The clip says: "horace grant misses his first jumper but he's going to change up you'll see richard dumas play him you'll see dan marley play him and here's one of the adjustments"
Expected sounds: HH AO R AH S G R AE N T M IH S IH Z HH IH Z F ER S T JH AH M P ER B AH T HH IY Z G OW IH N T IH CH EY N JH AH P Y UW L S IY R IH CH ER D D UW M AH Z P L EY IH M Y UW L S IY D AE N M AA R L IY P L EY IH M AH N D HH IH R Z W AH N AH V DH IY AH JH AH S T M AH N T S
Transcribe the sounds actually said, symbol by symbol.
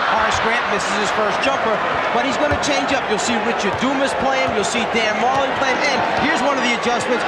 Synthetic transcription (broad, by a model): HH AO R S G R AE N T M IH S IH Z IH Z F ER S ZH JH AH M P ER B AH T HH IY Z G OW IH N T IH CH EY N JH AH P Y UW L S IY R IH CH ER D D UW M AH S P L EY IH M Y UW L S IY D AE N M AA L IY P L EY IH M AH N HH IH R Z W AH N AH V DH IY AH JH AH S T M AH N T S